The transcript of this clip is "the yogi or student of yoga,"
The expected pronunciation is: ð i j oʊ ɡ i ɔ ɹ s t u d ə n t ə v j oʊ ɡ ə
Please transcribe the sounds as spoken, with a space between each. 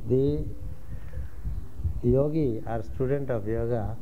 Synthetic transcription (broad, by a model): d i j oʊ ɡ i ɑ ɹ s t u d ə n t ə p j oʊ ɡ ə